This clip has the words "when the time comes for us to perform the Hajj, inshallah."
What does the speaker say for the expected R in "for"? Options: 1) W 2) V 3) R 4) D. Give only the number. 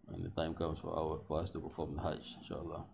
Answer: 1